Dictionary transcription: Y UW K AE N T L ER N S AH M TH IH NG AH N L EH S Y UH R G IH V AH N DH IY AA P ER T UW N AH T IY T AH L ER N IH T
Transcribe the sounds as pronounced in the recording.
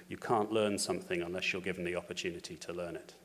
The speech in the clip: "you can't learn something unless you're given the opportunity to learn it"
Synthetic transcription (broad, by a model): Y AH K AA N T L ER N S AH M TH IH NG AH N L EH S Y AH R G IH V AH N DH IY AA P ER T UW N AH T IY T AH L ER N IH T